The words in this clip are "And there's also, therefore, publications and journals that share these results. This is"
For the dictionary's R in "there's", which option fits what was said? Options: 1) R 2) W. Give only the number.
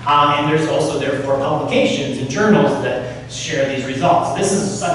1